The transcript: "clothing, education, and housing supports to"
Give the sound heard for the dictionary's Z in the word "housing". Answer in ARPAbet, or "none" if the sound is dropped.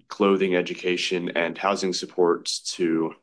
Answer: Z